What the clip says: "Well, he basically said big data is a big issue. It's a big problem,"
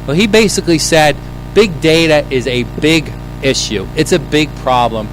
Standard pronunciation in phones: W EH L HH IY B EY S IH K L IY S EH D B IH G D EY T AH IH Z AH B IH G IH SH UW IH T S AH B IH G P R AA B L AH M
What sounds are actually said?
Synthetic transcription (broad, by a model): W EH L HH IY B EY S IH K L IY S EH D B IH G D EY T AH IH Z AH B IH G IH SH UW IH T S AH B IH G P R AA B L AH M